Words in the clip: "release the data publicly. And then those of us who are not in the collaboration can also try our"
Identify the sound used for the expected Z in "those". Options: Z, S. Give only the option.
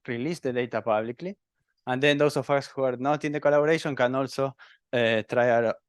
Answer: S